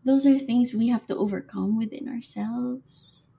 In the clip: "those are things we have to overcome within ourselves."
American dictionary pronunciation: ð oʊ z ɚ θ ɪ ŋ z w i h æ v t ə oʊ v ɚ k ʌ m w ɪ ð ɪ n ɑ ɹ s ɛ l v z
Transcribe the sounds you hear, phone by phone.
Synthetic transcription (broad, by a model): ð oʊ z ɚ θ ɪ ŋ z w i h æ f t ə oʊ v ɚ k ʌ m w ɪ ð ɪ n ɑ ɹ s ɛ l v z